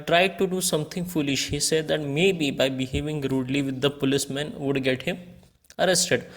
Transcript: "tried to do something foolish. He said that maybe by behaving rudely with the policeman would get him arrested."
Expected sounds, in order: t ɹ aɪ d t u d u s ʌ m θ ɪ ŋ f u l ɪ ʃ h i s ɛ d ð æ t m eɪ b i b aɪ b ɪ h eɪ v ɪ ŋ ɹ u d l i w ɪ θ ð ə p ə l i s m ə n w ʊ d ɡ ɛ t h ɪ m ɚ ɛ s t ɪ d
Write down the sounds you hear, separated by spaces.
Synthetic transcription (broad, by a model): t ɹ aɪ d t u d u s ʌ m t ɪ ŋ f u l ɪ ʃ h i s ɛ d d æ t m eɪ b i b aɪ b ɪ h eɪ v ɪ ŋ ɹ u d l i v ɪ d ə p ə l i s m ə n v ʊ d ɡ ɛ t h ɪ m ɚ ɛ s t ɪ d